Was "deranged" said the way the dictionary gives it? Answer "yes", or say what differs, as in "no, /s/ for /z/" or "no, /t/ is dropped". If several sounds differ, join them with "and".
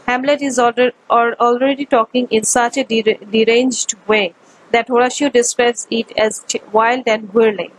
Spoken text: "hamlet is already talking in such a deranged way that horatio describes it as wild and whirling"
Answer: yes